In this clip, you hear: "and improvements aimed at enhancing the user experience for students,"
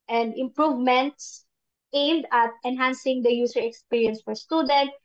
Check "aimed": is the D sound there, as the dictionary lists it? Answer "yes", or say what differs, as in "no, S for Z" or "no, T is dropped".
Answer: yes